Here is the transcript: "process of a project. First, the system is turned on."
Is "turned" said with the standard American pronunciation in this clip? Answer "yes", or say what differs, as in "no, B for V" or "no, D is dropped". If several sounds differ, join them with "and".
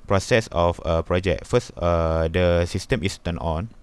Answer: no, D is dropped